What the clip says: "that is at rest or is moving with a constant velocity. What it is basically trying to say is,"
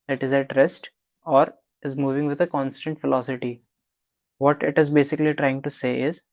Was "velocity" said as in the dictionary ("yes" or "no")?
no